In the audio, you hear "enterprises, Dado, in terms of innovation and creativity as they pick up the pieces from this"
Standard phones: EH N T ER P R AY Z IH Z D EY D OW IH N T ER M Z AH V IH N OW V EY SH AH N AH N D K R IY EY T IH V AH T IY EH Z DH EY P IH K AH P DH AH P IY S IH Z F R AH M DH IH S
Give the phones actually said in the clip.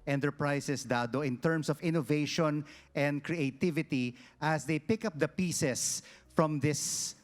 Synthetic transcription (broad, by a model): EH N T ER P R AY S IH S D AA D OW IH N T ER M S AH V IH N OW V EY SH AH N AH N D K R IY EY T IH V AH T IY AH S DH EY P IH K AH P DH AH P IY S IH S F R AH M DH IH S